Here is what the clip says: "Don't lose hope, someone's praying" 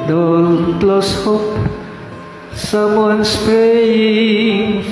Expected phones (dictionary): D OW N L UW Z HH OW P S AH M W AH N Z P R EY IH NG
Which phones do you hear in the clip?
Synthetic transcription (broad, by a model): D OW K L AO S HH OW P S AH M W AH N S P R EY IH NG